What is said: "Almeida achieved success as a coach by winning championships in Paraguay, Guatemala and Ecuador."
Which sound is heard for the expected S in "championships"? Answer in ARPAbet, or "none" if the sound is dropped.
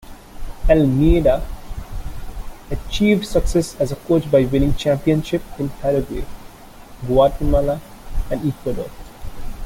none